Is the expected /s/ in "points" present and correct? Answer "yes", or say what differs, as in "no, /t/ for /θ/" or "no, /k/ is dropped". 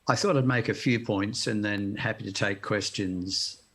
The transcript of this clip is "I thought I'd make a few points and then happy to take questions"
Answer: yes